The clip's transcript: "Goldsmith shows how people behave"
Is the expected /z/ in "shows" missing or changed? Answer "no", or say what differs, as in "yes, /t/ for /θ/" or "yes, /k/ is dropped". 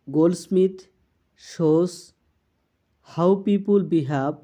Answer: yes, /s/ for /z/